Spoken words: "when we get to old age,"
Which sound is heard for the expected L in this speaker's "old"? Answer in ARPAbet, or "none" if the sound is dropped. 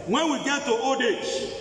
none